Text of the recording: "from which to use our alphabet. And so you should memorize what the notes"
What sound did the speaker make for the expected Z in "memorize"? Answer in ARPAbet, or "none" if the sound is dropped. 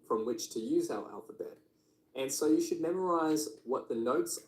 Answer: Z